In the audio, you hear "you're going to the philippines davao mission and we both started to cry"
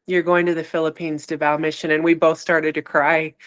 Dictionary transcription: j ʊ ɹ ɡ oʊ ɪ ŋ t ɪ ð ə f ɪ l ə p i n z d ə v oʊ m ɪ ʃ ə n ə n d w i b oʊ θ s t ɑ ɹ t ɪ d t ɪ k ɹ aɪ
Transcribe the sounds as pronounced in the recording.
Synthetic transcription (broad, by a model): j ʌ ɹ ɡ oʊ ɪ ŋ t ɪ ð ə f ɪ l ə p i n z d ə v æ m ɪ ʃ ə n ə n w i b oʊ θ s t ɑ ɹ t ɪ d t ɪ k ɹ aɪ